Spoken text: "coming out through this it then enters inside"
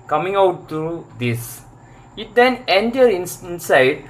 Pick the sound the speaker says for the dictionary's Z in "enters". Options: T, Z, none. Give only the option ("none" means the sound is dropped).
none